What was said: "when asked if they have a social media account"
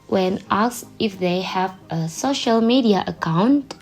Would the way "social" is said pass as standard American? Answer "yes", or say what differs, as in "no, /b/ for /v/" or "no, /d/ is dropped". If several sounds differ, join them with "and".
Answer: yes